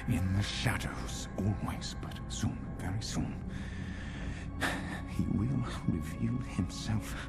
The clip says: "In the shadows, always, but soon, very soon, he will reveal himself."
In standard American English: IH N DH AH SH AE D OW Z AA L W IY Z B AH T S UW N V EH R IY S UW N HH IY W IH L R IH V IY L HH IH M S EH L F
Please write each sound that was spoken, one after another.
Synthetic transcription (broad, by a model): IH N DH AH SH AE D OW Z AA L W IY Z B AH T S UW N V EH R IY S UW N HH IY W IH L R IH V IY L HH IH M S EH L F